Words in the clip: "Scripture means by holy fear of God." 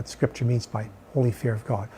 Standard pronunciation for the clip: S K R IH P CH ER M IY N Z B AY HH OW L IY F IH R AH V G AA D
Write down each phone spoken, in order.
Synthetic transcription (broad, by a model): S K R IH P CH ER M IY N Z B AY HH OW L IY F IH R AH V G AA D